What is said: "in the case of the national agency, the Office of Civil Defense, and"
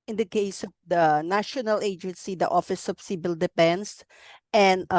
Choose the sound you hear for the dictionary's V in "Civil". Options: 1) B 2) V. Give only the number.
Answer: 1